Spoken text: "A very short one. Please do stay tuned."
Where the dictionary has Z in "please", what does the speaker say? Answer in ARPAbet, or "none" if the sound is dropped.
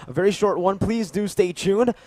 Z